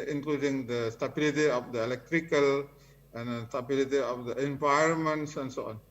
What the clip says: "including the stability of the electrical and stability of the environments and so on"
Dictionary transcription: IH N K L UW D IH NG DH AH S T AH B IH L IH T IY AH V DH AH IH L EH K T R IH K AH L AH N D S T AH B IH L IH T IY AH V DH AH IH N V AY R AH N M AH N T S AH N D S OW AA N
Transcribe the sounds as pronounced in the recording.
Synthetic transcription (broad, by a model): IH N K L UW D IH NG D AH S T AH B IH L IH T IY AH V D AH IH L EH K T R IH K AH L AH N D S T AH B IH L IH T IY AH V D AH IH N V AY AH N M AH N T S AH N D S OW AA N